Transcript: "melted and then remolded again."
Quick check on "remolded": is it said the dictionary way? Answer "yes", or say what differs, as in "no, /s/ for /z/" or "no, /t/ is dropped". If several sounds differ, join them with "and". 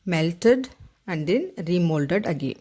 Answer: yes